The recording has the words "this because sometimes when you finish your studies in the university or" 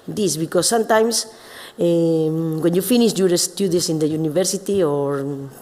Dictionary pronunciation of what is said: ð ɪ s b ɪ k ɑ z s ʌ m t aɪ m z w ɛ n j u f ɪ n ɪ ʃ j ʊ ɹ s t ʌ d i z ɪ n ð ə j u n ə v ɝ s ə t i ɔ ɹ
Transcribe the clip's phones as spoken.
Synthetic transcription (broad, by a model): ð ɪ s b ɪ k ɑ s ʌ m t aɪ m s w ɛ n j u f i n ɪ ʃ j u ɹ s t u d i s ɪ n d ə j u n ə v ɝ s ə t i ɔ ɹ